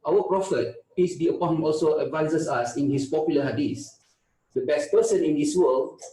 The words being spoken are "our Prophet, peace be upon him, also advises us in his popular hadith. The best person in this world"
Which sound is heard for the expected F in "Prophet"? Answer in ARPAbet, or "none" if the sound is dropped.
F